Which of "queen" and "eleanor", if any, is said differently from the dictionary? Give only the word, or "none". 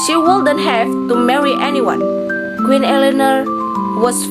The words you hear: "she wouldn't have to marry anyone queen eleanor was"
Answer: none